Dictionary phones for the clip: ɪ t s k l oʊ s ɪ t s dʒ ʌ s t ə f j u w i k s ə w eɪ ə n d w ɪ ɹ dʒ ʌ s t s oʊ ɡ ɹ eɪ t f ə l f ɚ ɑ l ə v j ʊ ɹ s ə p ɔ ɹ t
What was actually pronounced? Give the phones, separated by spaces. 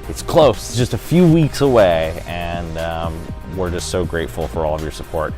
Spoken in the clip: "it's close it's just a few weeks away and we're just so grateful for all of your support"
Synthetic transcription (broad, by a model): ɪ t s k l oʊ ɪ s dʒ ʌ s t ə f j u w i k s ə w eɪ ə n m w ɪ ɹ dʒ ʌ s t s oʊ ɡ ɹ eɪ t f l f ɚ ɑ l ə v j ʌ ɹ s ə p ɔ ɹ t